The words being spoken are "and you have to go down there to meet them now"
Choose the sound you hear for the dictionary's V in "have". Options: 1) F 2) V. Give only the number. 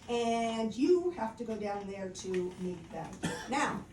1